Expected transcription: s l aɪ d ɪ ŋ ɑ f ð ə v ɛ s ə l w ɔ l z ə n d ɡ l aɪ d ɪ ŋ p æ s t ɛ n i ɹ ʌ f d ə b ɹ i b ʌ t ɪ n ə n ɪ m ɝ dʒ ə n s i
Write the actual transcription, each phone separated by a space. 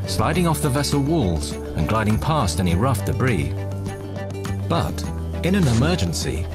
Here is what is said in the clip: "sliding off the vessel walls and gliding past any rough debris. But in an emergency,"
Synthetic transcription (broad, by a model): s l aɪ d ɪ ŋ ɑ f ð ə v ɛ s l w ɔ l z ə n ɡ l aɪ d ɪ ŋ p æ s t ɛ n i ɹ ʌ f d ə b ɹ i b ʌ t ɪ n ə n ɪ m ɝ dʒ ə n s i